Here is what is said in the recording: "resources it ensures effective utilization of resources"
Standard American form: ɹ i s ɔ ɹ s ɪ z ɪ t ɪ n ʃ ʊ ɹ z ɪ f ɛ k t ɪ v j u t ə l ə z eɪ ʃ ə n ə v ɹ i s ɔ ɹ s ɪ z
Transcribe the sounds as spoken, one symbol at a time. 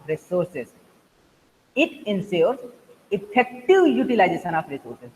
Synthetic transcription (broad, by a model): ɹ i s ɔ ɹ s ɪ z ɪ t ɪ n s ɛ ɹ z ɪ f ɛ k t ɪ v j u t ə l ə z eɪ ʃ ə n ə f ɹ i s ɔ ɹ s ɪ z